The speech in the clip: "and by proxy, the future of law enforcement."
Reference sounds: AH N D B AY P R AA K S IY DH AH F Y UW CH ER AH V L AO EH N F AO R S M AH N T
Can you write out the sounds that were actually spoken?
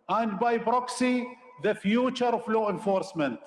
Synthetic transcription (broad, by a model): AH N D B AY B R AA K S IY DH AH F Y UW CH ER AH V L AO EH N F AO R S M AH N T